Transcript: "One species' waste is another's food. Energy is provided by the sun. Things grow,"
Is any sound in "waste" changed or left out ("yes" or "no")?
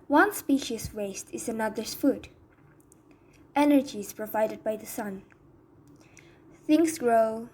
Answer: no